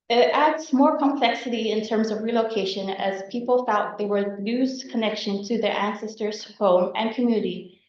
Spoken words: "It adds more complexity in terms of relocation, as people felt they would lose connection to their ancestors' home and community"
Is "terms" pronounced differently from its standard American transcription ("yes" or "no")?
no